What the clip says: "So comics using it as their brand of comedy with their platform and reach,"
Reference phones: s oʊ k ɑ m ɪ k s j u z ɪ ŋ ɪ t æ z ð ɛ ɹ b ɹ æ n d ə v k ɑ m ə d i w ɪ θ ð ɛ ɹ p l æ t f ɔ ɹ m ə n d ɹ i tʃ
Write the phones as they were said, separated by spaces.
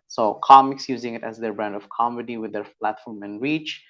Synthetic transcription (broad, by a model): s oʊ k ɑ m ɪ k s j u z ɪ ŋ ɪ t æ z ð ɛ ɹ b ɹ æ n d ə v k ɑ m ə d i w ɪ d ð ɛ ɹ p l æ t f ɔ ɹ m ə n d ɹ i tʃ